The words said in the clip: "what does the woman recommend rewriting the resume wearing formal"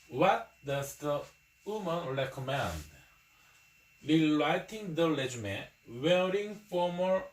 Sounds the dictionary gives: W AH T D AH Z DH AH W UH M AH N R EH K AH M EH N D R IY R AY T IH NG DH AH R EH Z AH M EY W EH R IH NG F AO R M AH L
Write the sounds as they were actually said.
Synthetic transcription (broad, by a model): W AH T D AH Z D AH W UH M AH N R EH K AH M EH N D L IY L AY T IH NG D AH L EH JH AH M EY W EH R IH NG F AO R M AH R